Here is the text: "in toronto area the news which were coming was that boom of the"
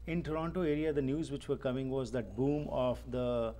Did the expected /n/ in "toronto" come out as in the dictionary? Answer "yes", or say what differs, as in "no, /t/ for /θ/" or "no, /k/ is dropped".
yes